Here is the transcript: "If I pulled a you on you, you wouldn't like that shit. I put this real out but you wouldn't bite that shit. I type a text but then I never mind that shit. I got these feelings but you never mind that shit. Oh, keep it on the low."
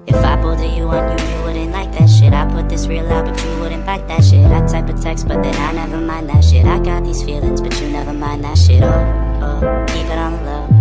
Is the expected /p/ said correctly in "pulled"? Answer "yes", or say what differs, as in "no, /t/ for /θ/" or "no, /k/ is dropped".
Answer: no, /b/ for /p/